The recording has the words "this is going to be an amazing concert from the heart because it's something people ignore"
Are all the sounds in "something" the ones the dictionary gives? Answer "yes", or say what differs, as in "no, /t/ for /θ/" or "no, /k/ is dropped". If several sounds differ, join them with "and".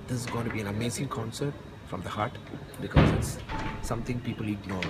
no, /t/ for /θ/